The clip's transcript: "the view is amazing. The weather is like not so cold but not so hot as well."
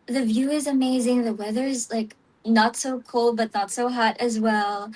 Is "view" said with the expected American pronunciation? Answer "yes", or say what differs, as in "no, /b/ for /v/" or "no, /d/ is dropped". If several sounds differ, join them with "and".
yes